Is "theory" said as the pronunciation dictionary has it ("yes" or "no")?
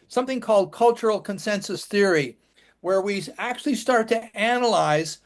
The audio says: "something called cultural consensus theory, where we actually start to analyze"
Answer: yes